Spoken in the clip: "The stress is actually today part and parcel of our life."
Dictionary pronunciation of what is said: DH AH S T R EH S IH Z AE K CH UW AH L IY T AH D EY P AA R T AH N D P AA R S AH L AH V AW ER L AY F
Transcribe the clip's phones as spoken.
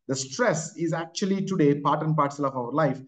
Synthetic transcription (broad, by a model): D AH S T R EH S IH Z AE K CH UW AH L IY T AH D EY P AA R T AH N P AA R S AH L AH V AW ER L AY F